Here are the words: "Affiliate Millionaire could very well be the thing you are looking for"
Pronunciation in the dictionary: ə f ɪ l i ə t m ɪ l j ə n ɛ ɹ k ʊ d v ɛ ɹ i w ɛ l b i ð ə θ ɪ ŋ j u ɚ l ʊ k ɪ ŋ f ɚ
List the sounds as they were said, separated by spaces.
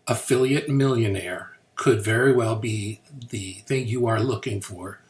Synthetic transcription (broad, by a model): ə f ɪ l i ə t m ɪ l j ə n ɛ ɹ k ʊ d v ɛ ɹ i w ɛ l b i ð ə θ ɪ ŋ j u ɚ l ʊ k ɪ ŋ f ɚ